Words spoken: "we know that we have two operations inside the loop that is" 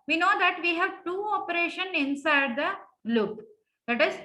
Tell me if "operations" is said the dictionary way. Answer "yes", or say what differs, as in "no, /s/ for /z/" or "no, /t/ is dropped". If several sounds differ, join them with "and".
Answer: no, /z/ is dropped